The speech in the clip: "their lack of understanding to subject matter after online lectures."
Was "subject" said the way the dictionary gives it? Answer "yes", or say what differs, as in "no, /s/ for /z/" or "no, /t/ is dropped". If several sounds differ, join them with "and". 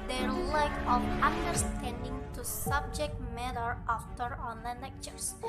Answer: yes